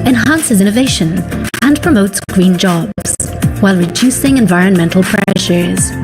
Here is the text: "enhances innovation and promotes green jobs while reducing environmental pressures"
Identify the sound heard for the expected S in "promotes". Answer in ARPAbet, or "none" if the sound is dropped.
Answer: S